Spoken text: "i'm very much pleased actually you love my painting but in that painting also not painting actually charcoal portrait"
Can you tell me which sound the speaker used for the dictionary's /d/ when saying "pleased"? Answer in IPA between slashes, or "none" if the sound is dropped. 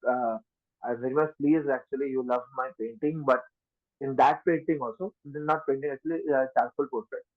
none